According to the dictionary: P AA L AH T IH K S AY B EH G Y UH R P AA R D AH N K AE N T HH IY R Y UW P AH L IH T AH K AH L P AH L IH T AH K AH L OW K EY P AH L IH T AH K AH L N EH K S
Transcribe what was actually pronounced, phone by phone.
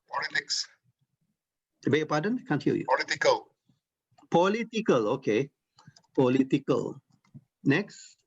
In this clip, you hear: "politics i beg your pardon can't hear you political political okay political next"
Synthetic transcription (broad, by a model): P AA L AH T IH K S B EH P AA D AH N K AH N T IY L Y UW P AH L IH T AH K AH L P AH L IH T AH K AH L OW K EY P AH L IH T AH K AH L N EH K S